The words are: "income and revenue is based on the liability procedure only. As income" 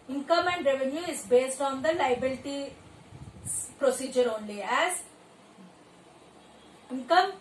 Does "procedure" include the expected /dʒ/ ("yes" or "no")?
yes